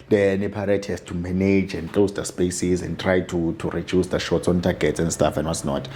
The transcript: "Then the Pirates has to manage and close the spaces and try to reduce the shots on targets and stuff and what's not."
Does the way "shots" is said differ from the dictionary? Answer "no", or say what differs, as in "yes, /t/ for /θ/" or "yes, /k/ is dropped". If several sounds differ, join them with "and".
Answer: no